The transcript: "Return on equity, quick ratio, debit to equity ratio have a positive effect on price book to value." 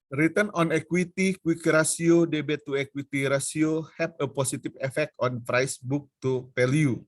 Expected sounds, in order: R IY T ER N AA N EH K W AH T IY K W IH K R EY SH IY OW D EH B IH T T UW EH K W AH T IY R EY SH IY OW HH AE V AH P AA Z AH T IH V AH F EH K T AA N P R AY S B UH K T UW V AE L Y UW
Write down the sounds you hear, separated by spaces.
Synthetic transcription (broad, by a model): R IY T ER N AA N EH K W AH T IY K W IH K R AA S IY OW D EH B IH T T UW EH K W AH T IY R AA S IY OW HH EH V AH P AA S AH T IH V AH F EH K T AA N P R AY S B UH K T UW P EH L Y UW